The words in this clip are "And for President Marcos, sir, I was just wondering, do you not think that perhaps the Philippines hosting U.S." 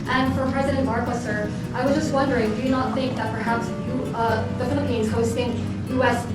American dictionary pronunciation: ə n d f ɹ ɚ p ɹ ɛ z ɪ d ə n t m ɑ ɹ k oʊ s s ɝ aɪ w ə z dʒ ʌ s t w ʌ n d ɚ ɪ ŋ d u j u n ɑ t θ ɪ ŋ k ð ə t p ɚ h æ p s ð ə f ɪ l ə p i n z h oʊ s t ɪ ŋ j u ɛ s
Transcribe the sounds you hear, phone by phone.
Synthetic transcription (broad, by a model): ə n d f ɹ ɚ p ɹ ɛ z ɪ d ə n t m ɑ ɹ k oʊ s s ɝ aɪ w ə z dʒ ʌ s t w ʌ n d ɚ ɪ ŋ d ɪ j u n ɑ t θ ɪ ŋ k ð ə t p ɚ h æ p s ð ə f ɪ l ə p i n z h oʊ s t ɪ ŋ j u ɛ s